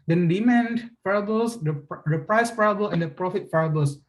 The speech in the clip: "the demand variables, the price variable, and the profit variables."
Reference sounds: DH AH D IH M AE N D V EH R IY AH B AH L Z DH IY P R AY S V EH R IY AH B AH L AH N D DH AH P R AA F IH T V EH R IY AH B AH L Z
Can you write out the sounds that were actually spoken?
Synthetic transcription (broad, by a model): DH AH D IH M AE N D F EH R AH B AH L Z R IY P R AY S F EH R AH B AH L AH N D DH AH P R AA F IH T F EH R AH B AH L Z